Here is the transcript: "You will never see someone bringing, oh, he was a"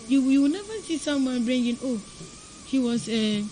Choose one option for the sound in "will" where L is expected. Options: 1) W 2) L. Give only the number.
1